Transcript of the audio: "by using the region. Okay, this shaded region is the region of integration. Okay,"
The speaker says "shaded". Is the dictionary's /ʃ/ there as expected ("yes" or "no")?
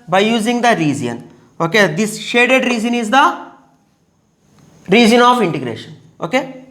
yes